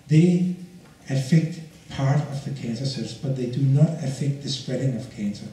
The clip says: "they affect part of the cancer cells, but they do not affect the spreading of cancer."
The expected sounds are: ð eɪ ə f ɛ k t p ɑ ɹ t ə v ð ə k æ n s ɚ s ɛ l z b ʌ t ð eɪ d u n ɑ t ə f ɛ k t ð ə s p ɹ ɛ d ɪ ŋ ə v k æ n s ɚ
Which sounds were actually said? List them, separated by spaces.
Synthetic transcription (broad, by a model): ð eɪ ə f ɛ k t p ɑ ɹ t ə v ð ə k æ n s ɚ s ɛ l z b ʌ t ð eɪ d u n ɑ t ə f ɛ k t ð ə s p ɹ ɛ d ɪ ŋ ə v k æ n s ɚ